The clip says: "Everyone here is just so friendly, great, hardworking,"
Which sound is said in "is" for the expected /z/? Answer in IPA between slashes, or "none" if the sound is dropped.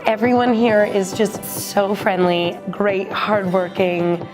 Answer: /z/